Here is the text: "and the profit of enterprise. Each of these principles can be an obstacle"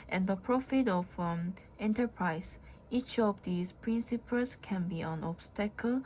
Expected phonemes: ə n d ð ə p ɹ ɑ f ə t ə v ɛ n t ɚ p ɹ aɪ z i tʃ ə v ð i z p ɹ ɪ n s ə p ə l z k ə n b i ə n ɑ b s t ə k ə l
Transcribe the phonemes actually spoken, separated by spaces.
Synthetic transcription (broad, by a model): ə n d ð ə p ɹ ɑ f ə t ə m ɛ n t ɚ p ɹ aɪ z i tʃ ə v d i s p ɹ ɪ n s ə p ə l s k ə n b i ə n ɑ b s t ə k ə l